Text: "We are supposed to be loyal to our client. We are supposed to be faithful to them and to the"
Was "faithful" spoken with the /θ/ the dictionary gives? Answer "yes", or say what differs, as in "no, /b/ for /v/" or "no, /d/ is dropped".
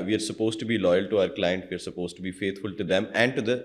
no, /t/ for /θ/